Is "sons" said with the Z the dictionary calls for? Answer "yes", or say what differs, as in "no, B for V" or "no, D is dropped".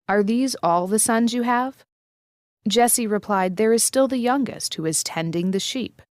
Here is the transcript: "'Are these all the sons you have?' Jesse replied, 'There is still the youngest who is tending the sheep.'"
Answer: yes